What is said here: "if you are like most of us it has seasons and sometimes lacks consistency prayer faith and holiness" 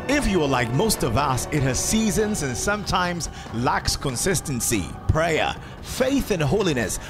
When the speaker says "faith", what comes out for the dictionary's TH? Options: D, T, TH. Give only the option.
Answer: TH